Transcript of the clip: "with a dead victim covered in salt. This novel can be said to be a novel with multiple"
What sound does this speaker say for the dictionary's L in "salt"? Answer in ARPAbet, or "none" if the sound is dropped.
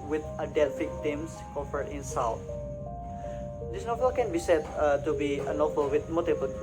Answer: W